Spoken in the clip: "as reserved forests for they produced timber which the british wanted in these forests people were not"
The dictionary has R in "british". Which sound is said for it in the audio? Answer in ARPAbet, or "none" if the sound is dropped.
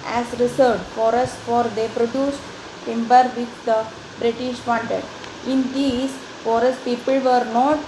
R